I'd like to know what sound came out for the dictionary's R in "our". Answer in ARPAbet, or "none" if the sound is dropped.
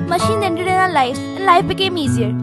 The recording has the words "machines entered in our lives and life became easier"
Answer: L